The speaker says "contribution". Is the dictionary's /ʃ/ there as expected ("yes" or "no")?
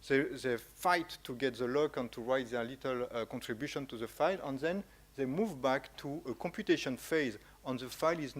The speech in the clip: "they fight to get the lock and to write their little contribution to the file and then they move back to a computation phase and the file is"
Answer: yes